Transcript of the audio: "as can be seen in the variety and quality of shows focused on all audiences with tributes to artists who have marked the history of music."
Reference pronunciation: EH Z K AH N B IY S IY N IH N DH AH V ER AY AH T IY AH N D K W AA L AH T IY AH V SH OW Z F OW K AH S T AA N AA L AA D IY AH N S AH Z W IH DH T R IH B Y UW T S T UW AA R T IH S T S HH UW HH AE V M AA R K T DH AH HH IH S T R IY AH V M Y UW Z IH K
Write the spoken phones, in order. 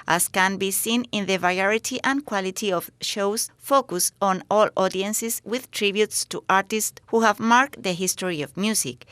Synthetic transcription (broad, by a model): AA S K AH N B IY S IY N IH N DH AH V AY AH T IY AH N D K W AA L AH T IY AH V SH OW S F OW K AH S AA N AA L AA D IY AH N S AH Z W IH DH T R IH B Y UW T S T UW AA R T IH S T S HH UW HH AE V M AA R K T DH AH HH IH S T R IY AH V M Y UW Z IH K